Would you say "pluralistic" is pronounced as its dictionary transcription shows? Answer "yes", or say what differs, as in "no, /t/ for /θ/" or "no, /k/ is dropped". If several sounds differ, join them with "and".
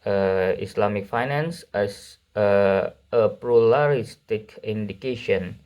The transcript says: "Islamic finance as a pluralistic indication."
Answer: no, /l/ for /ɹ/